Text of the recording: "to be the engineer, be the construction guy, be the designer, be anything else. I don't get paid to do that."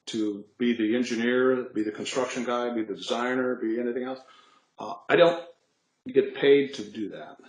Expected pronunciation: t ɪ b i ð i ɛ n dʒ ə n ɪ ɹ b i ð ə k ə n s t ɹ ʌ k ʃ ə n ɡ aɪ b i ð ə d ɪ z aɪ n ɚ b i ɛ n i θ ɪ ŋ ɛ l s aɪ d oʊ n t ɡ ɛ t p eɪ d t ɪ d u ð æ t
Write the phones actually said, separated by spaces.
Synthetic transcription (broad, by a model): t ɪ b i ð i ɛ n dʒ ə n ɪ ɹ b i ð ə k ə n s t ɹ ʌ k ʃ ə n ɡ aɪ b i ð ə d ɪ z aɪ n ɚ b i ɛ n i θ ɪ ŋ ɛ l s aɪ d oʊ n t ɡ ɛ t p eɪ d t ɪ d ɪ ð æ t